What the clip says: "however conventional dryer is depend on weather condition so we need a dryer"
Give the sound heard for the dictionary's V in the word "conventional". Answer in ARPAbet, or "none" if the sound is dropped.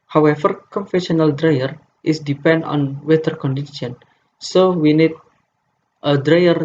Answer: F